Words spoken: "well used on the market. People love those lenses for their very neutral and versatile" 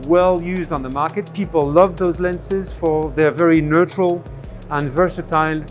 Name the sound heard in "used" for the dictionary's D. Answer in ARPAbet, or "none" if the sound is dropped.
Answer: D